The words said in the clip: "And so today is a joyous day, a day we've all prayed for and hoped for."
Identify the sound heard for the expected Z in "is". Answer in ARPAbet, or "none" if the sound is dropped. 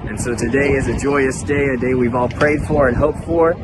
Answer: Z